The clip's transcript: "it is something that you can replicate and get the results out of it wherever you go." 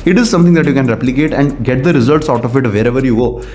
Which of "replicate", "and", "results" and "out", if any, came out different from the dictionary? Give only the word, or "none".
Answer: none